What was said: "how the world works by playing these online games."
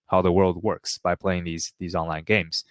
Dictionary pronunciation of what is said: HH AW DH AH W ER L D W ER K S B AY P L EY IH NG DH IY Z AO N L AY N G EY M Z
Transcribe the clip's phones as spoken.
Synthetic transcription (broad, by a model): HH AW DH AH W ER L D W ER K S B AY P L EY IH NG DH IY Z AO N L AY N G EY M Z